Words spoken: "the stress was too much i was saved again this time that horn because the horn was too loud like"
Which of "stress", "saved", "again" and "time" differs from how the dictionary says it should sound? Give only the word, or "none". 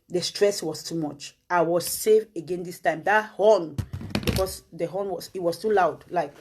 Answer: saved